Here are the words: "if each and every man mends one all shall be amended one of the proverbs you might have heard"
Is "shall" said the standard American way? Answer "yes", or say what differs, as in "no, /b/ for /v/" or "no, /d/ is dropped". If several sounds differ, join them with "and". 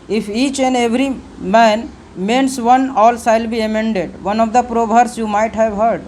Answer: no, /s/ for /ʃ/